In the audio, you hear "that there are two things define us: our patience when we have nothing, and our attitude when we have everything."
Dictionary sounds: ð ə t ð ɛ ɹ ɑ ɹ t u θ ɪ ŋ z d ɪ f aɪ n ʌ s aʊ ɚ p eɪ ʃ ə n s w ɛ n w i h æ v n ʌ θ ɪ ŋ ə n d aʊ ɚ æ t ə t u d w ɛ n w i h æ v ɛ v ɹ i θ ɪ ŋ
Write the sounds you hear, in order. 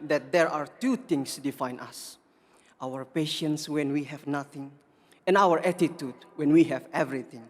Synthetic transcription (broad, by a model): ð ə t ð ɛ ɹ ɑ ɹ t u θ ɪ ŋ s d ɪ f aɪ n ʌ s aʊ ɚ p eɪ ʃ ə n s w ɛ n w i h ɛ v n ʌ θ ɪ ŋ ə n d aʊ ɚ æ t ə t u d w ɛ n w i h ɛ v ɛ v ɹ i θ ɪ ŋ